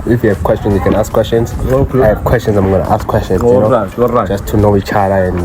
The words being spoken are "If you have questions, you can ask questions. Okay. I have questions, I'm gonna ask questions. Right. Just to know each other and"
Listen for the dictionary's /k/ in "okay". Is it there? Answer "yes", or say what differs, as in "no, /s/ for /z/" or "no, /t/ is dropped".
no, /k/ is dropped